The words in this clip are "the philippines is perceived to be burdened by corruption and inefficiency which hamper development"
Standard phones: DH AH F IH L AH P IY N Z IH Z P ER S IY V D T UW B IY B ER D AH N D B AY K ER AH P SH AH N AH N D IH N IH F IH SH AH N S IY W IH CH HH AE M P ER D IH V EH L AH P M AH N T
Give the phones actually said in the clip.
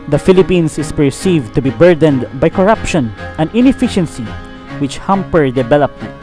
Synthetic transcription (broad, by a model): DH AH F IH L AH P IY N S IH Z P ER S IY V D T UW B IY B ER D AH N D B AY K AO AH P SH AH N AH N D IH N IH F IH SH AH N S IY W IH CH HH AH M P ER D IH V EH L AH P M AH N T